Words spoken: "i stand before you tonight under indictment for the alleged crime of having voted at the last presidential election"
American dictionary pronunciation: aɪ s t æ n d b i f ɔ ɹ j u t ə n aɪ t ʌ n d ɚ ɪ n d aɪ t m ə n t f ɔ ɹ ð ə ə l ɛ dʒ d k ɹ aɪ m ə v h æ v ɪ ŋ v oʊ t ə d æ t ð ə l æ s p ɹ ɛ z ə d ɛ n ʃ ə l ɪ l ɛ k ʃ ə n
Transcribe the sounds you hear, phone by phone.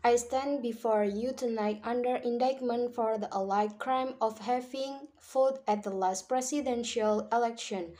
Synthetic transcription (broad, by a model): aɪ s t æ n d b i f ɔ ɹ j u t ə n aɪ t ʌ n d ɚ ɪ n d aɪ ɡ m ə n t f ɔ ɹ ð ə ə l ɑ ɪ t k ɹ aɪ m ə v h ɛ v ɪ ŋ f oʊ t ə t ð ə l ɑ s p ɹ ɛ s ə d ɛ n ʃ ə l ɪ l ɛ k ʃ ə n